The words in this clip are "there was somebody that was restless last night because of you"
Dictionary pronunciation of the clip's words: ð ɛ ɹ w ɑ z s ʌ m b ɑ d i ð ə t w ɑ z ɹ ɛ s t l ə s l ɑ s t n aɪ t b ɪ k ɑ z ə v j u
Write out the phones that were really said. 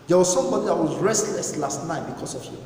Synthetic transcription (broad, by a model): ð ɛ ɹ w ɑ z s ʌ m b ɑ d i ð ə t w ɑ z ɹ ɛ s t l ə s l ɑ s t n aɪ t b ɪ k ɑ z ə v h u